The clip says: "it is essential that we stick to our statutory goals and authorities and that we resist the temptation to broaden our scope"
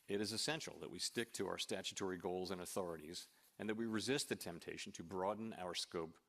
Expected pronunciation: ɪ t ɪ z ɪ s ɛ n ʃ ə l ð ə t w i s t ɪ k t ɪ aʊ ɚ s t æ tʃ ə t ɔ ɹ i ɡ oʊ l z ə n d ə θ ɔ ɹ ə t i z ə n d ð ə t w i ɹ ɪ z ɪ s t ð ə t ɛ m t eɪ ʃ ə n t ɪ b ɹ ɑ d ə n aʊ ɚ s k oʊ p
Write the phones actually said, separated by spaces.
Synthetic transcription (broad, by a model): ɪ t ɪ z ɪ s ɛ n ʃ l ð ə t w i s t ɪ k t ɪ aʊ ɚ s t æ tʃ ə t ɔ ɹ i ɡ oʊ l z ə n ə θ ɔ ɹ ə t i z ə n ð ə t w i ɹ ɪ z ɪ s t ð ə t ɛ m t eɪ ʃ n t ɪ b ɹ ɑ d n aʊ ɚ s k oʊ p